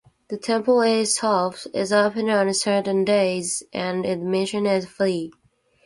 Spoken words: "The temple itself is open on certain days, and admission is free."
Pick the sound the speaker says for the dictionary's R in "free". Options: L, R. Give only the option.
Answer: L